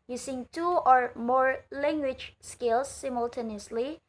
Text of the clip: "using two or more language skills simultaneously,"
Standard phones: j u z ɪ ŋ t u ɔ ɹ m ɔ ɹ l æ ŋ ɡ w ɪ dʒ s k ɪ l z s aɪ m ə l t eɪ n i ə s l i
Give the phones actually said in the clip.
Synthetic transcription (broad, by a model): j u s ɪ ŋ t u ɔ ɹ m ɔ ɹ l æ ŋ ɡ w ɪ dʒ s k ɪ l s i m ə l t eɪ n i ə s l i